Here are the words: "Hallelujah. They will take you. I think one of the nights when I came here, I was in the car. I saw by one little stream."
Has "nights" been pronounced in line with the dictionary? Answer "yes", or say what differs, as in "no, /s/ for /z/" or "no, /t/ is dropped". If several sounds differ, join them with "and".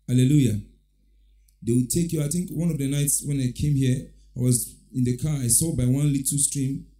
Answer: yes